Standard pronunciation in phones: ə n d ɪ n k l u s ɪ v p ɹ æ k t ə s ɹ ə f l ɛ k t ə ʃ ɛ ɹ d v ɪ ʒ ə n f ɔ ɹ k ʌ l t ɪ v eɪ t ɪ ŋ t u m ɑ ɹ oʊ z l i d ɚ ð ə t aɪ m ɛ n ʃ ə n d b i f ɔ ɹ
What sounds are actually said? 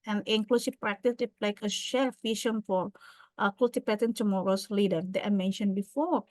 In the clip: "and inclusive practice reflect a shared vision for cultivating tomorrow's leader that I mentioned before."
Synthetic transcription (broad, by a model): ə n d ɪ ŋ k l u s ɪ p ɹ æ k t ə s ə l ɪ k ə ʃ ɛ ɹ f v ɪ ʃ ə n f ɔ ɹ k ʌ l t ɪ p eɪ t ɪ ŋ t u m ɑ ɹ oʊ s l i d ɚ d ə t aɪ m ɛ n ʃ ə n b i f ɔ ɹ